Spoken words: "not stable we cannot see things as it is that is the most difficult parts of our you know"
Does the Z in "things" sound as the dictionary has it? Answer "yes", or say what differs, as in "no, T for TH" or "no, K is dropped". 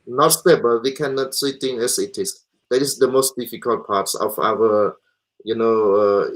no, Z is dropped